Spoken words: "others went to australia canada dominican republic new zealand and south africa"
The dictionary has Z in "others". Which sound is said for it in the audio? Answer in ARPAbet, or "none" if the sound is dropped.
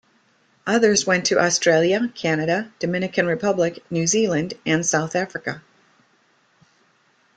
Z